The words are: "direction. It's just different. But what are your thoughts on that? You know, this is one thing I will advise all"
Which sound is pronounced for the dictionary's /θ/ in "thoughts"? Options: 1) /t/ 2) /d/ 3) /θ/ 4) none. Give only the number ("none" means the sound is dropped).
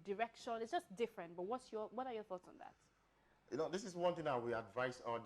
3